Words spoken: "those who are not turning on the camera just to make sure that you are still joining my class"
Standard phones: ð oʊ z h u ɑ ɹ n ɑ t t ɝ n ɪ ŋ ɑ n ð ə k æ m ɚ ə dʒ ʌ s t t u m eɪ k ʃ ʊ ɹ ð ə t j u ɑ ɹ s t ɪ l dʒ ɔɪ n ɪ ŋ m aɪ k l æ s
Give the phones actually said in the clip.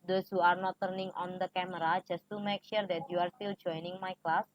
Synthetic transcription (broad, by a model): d oʊ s h u ɑ ɹ n ɑ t t ɝ n ɪ ŋ ɑ n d ə k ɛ m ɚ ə dʒ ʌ s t t u m eɪ k ʃ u ɹ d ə t j u ɑ ɹ s t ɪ l dʒ ɔɪ n ɪ ŋ m aɪ k l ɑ s